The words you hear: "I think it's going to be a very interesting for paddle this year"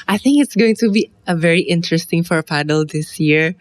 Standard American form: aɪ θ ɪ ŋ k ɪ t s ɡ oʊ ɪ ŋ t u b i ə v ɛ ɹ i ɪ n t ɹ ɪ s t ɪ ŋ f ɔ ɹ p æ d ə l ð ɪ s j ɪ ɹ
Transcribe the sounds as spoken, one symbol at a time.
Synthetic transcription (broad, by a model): aɪ θ ɪ ŋ k ɪ t s ɡ oʊ ɪ ŋ t u b i ə v ɛ ɹ i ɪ n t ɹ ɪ s t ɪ ŋ f ɔ ɹ p æ d ə l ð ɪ s j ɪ ɹ